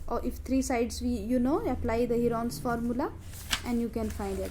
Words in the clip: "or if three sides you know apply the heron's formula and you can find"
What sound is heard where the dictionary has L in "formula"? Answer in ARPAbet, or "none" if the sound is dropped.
L